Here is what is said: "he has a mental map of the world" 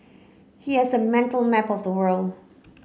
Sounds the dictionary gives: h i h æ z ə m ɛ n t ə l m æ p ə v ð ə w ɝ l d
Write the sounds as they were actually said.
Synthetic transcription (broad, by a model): h i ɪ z ə m ɛ n t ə l m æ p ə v ð ə w ɝ l d